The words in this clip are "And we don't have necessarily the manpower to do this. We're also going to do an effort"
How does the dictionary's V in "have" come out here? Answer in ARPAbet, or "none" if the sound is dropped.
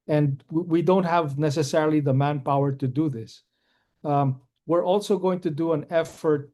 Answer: V